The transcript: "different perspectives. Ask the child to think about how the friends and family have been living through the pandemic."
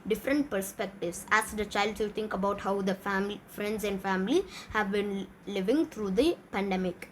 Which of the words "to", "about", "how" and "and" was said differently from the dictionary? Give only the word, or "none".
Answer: to